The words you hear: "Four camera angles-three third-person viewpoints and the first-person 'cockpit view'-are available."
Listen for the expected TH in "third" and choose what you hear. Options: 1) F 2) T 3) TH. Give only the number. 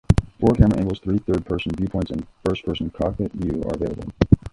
3